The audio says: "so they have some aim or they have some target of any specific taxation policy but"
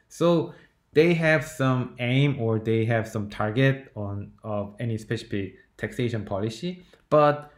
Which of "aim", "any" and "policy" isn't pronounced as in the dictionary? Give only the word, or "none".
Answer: none